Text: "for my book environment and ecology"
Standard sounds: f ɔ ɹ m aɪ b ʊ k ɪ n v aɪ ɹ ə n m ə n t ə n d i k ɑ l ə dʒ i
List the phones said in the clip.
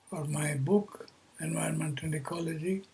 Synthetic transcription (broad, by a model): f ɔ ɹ m aɪ b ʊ k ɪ n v aɪ ə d m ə n t ə n d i k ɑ l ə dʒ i